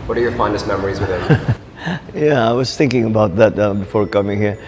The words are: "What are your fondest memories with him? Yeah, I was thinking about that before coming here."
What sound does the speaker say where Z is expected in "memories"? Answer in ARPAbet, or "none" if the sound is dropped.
Z